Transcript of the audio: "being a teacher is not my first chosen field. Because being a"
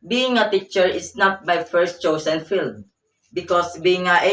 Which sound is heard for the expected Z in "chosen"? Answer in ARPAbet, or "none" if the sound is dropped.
S